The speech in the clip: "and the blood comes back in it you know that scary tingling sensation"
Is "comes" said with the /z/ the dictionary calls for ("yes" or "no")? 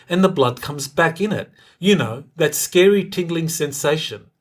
yes